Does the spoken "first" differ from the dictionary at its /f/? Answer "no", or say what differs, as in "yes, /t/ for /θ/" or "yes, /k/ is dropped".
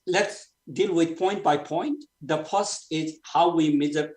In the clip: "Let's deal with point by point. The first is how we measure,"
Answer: yes, /p/ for /f/